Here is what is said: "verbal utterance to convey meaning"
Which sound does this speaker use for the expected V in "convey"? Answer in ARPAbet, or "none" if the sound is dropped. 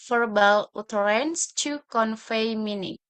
F